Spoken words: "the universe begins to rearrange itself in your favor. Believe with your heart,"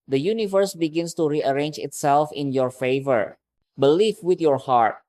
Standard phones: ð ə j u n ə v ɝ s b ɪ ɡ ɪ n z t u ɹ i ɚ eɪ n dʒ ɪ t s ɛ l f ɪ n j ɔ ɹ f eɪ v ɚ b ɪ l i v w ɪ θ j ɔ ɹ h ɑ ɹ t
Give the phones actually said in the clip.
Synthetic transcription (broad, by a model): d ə j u n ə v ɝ s b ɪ ɡ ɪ n s t u ɹ i ɚ eɪ n dʒ ɪ t s ɛ l f ɪ n j ɔ ɹ f eɪ v ɚ b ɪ l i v w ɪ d j ɔ ɹ h ɑ ɹ t